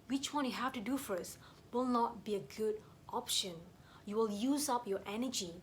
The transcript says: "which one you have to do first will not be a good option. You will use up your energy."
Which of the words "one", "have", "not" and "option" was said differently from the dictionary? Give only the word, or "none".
have